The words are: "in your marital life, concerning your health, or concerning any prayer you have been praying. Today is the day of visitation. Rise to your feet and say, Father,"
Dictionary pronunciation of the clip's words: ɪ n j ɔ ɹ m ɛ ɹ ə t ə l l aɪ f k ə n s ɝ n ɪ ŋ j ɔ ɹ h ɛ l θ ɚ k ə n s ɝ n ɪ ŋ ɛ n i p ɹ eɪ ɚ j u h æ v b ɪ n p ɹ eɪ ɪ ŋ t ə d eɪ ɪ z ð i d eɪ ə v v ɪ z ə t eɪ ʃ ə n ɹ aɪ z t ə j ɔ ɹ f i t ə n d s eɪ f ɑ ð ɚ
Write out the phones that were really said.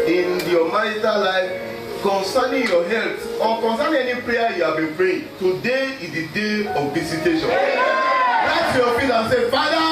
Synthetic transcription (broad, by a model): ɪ n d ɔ m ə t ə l l aɪ f k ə n s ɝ n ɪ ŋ j ɔ h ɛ l t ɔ k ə n s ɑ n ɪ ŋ ɛ n i p ɹ eɪ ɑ j u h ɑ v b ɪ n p ɹ eɪ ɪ t ə d eɪ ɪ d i d eɪ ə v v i s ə t eɪ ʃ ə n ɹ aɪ t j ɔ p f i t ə s eɪ f ɑ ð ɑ